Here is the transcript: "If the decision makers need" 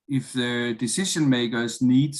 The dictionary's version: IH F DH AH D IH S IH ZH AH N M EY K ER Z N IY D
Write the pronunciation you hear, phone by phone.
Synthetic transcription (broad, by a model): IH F DH AH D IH S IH SH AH N M EY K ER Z N IY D